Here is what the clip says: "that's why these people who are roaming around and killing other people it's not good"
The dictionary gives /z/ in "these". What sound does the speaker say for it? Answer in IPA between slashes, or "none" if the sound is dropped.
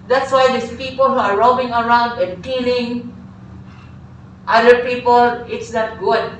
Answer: /s/